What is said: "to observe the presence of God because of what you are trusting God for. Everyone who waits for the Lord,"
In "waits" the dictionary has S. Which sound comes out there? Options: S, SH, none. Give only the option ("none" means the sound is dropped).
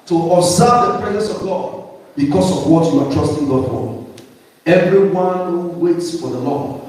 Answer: S